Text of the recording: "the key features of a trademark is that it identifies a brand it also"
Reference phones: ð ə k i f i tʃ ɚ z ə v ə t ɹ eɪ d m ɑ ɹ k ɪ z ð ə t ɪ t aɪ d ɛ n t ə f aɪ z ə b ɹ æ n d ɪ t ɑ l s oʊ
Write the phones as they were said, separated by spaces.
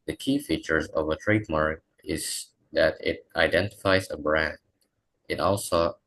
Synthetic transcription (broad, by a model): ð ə k i f i tʃ ɚ z ə v ə t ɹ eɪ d m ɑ ɹ k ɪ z ð ə t ɪ t aɪ d ɛ n t ə f aɪ z ə b ɹ æ n d ɪ t ɑ l s oʊ